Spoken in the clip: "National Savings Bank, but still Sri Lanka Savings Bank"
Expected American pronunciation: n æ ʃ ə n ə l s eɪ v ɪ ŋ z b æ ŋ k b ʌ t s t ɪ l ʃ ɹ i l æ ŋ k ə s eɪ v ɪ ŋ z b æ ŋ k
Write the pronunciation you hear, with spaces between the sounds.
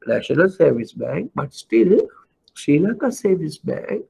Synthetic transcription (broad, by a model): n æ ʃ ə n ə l s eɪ v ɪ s b æ ŋ k b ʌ t s t ɪ l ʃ i l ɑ k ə s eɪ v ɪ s b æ ŋ k